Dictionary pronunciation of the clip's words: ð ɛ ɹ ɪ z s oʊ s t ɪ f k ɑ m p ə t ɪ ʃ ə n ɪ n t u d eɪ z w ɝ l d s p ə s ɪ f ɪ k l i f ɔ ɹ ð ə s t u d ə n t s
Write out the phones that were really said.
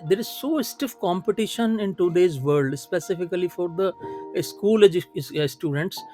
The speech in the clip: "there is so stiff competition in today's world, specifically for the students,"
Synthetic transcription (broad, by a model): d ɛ ɹ ɪ z s oʊ s t ɪ f k ɑ m p ə t ɪ ʃ ə n ɪ n t u d eɪ z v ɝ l d s p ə s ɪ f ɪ k l i f ɔ ɹ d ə s t u d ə n t s